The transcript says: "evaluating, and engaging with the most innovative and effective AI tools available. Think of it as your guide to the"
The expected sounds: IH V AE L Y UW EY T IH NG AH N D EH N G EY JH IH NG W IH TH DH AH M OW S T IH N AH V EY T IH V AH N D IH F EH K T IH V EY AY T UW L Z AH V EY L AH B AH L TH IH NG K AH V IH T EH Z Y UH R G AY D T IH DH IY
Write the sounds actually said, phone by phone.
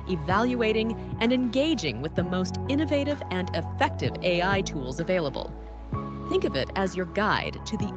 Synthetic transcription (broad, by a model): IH V AE L Y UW EY T IH NG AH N EH N G EY JH IH NG W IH DH AH M OW S T IH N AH V EY T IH V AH N IH F EH K T IH V EY AY T UW L Z AH V EY L AH B AH L TH IH NG K AH V IH T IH Z Y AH R G AY D T IH DH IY